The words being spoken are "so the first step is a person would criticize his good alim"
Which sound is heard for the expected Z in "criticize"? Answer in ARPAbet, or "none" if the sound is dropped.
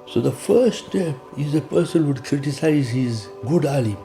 Z